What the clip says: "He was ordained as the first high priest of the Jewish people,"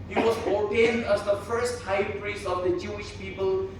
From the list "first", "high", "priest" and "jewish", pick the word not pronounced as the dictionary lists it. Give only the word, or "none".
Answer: priest